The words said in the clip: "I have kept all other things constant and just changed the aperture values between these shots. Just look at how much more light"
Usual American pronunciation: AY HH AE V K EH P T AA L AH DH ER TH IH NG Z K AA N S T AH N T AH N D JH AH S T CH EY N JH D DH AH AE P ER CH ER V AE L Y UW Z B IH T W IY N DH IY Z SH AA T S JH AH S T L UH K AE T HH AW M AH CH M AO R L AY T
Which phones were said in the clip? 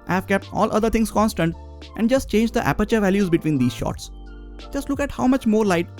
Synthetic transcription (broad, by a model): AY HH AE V K EH P T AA L AH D ER T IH NG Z K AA N S T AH N T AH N D JH AH S T CH EY N JH D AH AE P ER CH ER V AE L Y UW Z B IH T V IY N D IY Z SH AA T S JH AH S T L UH K AE T HH AW M AH CH M AO R L AY T